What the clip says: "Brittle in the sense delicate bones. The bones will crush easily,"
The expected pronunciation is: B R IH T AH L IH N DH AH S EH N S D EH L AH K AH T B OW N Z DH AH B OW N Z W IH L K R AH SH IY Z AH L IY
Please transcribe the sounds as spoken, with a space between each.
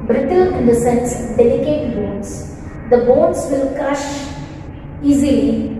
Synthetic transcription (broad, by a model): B R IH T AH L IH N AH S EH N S D EH L AH K AH T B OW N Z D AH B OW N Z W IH L K AH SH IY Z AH L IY